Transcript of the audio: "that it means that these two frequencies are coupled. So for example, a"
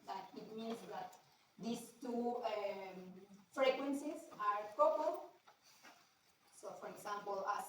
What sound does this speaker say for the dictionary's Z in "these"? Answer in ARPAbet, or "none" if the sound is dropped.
S